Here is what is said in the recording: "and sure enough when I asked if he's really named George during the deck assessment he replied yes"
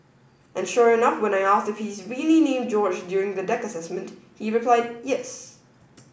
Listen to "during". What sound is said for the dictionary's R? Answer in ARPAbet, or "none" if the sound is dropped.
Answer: R